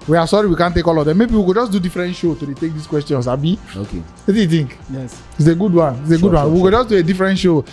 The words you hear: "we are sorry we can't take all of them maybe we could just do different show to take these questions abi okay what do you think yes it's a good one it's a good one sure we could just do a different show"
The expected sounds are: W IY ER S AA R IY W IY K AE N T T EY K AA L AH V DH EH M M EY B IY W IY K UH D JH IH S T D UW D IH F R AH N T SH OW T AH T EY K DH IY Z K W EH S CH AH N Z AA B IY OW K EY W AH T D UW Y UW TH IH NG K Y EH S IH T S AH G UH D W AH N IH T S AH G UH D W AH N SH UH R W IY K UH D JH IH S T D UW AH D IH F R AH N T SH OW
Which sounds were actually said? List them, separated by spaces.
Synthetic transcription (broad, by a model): W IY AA S AA R IY W IY K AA N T T EY K AA L AH V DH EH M M EY B IY W IY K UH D JH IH S D UW D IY F R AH N T SH OW T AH T EY K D IY S K W EH S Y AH N S AA B IY OW K EY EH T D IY Y UW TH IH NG K Y EH S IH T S AH G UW D W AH N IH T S AH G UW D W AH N W IY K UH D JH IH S D UW AH D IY F R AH N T SH OW